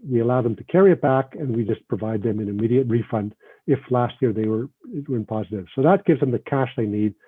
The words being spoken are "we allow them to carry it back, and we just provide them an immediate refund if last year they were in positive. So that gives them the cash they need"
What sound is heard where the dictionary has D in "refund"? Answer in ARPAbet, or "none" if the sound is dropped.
D